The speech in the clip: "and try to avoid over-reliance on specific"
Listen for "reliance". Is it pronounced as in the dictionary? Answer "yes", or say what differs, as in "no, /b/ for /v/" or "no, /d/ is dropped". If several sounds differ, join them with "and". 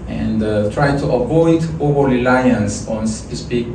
no, /l/ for /ɹ/